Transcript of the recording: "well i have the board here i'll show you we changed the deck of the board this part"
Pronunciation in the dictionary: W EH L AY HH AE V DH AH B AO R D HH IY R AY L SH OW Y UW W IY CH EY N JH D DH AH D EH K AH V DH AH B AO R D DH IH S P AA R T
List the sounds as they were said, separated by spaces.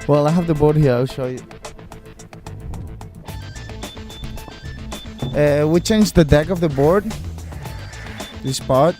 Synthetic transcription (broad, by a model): W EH L AY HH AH V DH AH B AO R D HH IY R AY L SH OW Y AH W IY CH EY N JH DH AH D EH K AH V DH AH B AO R D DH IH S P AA R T